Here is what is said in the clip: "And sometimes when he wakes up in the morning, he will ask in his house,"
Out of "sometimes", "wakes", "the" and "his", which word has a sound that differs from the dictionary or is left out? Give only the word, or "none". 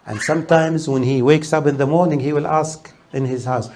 none